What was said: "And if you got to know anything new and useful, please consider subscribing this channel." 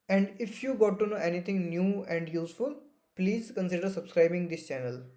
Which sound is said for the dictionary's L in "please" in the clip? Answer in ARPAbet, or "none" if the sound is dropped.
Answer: L